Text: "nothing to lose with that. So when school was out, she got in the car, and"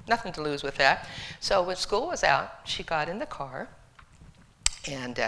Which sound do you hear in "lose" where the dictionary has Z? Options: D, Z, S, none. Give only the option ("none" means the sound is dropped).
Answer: Z